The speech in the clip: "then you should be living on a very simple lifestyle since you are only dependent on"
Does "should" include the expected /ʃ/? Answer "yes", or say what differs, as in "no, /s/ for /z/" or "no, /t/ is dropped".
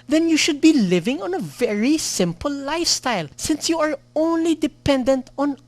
yes